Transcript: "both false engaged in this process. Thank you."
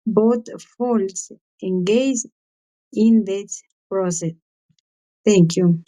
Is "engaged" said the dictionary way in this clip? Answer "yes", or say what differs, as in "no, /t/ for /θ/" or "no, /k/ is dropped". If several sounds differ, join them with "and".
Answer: no, /d/ is dropped